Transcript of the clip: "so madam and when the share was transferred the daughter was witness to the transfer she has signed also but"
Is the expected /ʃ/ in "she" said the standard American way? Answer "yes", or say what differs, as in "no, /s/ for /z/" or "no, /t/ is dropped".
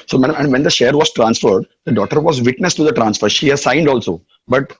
yes